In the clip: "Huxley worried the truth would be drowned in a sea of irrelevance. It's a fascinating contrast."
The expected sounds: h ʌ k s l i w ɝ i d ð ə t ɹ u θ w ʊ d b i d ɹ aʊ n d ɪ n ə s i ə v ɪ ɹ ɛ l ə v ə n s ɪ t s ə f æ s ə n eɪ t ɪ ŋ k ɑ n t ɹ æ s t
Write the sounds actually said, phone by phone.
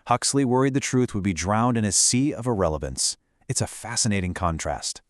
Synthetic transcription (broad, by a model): h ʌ k s l i w ɝ i d ð ə t ɹ u θ w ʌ d b i d ɹ aʊ n d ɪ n ə s i ə v ɪ ɹ ɛ l ə v ə n s ɪ t s ə f æ s ə n eɪ t ɪ ŋ k ɑ n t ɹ æ s t